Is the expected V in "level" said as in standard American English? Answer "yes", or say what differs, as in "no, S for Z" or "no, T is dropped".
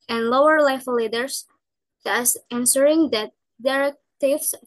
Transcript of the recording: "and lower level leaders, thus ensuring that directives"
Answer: no, V is dropped